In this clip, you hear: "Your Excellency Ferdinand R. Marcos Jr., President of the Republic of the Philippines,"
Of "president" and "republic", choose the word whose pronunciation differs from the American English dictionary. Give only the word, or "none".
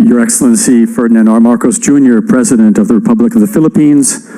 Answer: none